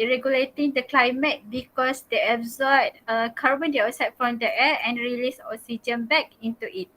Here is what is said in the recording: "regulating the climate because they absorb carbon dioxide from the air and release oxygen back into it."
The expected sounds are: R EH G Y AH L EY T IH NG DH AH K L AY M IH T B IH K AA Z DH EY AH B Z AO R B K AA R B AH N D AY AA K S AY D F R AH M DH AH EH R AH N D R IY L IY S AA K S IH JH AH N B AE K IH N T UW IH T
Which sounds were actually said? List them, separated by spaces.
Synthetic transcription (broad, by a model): R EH G Y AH L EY T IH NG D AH K L AY M IH T B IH K AA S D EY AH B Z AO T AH K AA R B AH N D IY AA S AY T F R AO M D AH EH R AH N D R IY L IY S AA S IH JH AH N B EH K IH N T UW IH T